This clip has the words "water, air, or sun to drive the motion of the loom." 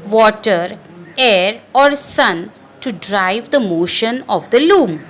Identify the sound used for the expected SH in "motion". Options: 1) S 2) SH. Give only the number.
2